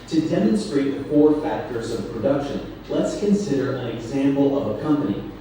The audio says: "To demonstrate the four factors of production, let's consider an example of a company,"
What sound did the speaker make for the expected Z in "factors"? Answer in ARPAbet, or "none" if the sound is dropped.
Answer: Z